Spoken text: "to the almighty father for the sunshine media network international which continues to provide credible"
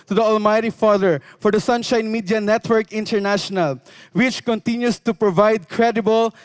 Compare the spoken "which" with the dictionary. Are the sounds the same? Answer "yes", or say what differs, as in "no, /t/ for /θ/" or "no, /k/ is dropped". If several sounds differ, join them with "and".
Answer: yes